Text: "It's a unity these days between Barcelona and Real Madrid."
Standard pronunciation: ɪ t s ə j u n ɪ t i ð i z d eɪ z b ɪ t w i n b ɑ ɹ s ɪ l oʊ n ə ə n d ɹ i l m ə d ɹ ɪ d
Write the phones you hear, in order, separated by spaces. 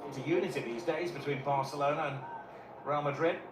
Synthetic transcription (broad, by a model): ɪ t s ə j u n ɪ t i ð i z d eɪ z b ɪ t w i n b ɑ ɹ s ɪ l oʊ n ə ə n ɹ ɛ l m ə d ɹ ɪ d